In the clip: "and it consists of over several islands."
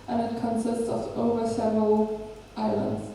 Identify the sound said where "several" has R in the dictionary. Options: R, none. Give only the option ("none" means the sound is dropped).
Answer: none